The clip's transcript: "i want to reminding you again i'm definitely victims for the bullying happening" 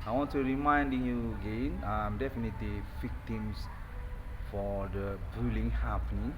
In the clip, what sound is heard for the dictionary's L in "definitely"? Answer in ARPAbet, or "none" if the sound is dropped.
L